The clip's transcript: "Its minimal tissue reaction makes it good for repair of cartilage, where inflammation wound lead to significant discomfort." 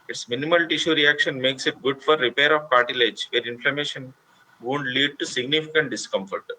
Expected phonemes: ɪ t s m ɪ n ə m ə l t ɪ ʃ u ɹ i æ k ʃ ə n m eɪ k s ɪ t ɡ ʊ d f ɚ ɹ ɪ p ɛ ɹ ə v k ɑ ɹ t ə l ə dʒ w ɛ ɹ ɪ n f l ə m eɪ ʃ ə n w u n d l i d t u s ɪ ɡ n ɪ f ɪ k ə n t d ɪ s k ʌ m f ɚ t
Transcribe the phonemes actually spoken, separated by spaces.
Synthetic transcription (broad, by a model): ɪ t s m ɪ n ə m ə l t ɪ ʃ u ɹ i æ k ʃ ə n m eɪ k s ɪ t ɡ ʊ d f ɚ ɹ ɪ p ɛ ɹ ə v k ɑ ɹ t ə l ə dʒ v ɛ ɹ ɪ n f l ə m eɪ ʃ ə n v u n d l i d t u s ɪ ɡ n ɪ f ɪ k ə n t d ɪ s k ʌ m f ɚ t